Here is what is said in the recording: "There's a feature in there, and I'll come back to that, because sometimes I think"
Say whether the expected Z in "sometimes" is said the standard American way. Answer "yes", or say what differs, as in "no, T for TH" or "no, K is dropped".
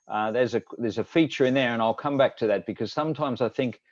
yes